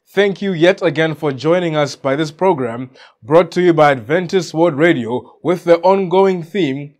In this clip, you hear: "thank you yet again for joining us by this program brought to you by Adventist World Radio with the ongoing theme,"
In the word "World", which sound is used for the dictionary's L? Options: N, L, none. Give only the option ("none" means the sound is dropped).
none